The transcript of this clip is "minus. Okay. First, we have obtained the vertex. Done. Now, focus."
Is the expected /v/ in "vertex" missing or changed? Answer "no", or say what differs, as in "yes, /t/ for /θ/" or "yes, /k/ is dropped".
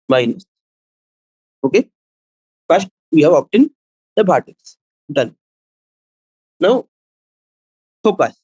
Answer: yes, /p/ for /v/